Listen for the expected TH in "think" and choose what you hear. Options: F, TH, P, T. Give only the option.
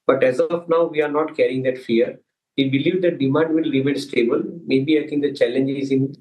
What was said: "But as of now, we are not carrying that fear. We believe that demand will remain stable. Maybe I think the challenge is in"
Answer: T